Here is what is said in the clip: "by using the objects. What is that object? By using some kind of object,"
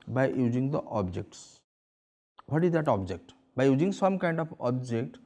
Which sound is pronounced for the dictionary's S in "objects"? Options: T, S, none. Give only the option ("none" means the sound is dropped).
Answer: S